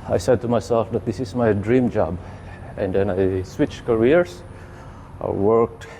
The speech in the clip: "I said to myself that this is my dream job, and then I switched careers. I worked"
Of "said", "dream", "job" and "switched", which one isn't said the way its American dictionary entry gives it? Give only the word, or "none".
none